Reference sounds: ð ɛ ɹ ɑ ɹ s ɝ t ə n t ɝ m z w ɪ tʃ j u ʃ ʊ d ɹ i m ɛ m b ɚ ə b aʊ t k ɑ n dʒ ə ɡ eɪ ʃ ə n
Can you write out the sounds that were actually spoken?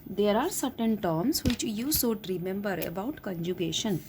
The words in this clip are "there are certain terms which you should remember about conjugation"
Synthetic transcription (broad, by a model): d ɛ ɹ ɑ ɹ s ɝ t ə n t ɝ m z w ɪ tʃ j u s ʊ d ɹ i m ɛ m b ɚ ə b aʊ t k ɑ n dʒ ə ɡ eɪ ʃ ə n